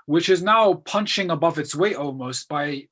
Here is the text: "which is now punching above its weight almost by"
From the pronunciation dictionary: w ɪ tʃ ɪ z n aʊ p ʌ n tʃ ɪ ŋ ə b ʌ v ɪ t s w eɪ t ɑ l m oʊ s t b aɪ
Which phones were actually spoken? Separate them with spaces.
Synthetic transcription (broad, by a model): w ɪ tʃ ɪ z n aʊ p ʌ n tʃ ɪ ŋ ə b ʌ v ɪ t s w eɪ t ɑ l m oʊ s t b aɪ